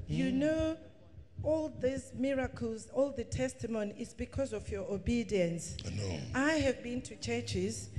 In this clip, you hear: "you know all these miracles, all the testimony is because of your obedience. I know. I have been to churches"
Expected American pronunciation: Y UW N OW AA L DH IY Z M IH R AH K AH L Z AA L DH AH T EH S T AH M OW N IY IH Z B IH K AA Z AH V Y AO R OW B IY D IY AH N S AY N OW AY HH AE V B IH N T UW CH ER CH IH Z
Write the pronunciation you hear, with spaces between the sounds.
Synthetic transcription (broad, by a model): Y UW N OW AA L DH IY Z M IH R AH K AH L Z AA L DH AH T EH S T AH M OW N IY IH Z B IH K AA Z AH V Y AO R OW B IY D IY AH N S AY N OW AY HH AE V B IH N T UW CH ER CH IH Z